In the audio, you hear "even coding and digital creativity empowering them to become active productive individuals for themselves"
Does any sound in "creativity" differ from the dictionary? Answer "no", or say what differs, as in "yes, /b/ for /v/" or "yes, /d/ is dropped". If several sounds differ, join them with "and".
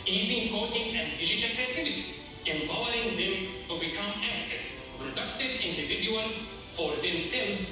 yes, /ɹ/ is dropped